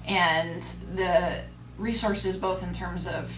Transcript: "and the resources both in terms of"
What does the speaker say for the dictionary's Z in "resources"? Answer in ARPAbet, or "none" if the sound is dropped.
Z